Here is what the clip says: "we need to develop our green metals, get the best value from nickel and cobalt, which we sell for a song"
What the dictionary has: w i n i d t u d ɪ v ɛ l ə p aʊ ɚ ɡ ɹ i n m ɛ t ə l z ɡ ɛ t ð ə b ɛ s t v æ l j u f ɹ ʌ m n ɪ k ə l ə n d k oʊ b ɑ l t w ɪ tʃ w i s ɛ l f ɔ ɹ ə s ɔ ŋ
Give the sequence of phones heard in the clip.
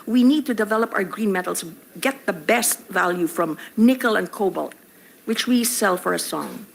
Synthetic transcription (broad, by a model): w i n i d t u d ɪ v ɛ l ə p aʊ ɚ ɡ ɹ i n m ɛ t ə l s ɡ ɛ t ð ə b ɛ s t v æ l j u f ɹ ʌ m n ɪ k ə l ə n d k oʊ b ɑ l t w ɪ tʃ w i s ɛ l f ɔ ɹ ə s ɔ ŋ